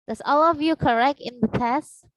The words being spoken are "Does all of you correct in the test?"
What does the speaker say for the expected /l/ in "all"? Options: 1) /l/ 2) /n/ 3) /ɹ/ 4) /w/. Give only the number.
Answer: 1